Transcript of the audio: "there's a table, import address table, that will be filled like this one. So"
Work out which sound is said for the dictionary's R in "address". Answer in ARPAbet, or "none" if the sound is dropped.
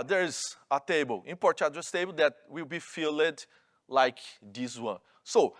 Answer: none